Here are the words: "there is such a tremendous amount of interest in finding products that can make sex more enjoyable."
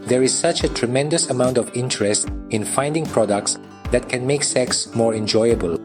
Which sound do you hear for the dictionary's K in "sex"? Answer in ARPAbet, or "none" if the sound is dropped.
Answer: K